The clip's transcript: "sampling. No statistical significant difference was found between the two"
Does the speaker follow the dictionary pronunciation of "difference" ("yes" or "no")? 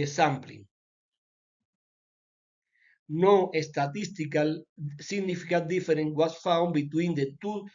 no